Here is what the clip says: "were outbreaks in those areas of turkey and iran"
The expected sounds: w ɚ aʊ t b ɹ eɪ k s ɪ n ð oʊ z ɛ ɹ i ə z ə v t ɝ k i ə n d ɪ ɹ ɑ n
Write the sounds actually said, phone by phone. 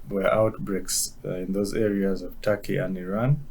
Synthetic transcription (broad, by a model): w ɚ aʊ t b ɹ eɪ k s ɪ n ð oʊ z ɛ ɹ i ə z ə v t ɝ k i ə n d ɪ ɹ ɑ n